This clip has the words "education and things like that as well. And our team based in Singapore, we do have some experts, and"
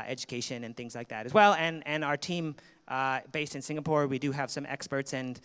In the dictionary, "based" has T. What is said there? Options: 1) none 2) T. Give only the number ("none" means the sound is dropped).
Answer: 2